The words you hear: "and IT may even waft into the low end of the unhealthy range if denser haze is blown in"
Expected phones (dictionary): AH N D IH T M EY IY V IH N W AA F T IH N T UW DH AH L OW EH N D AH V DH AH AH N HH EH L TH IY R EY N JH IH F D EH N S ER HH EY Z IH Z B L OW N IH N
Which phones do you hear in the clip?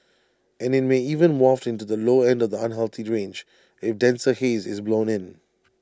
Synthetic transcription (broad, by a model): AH N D IH T M EY IY V IH N W AA F T IH N T UW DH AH L OW EH N D AH V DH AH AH N HH EH L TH IY R EY N JH IH F D EH N S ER HH EY Z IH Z B L OW N IH N